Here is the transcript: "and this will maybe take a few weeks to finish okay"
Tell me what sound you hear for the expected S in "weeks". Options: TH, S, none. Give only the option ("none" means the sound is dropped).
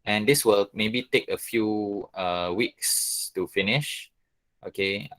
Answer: S